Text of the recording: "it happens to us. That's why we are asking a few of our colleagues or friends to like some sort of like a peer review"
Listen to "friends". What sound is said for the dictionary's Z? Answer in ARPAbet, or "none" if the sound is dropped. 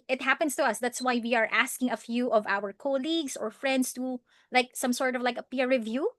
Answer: S